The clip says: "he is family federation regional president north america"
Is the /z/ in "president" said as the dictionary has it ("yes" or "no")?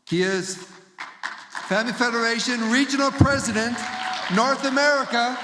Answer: yes